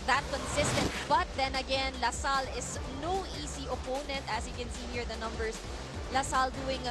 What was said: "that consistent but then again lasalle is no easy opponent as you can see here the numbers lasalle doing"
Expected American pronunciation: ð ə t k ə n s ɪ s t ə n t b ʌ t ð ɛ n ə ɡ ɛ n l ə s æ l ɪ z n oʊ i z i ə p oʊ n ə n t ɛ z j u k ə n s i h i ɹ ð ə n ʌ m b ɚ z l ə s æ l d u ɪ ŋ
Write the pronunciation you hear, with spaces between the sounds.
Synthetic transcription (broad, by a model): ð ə t k ə n s ɪ s t ə n t b ʌ t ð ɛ n ə ɡ ɛ n l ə s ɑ l ɪ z n oʊ i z i ə p oʊ n ə n t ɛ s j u k ə n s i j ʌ ɹ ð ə n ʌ m b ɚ s l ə s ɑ l d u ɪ ŋ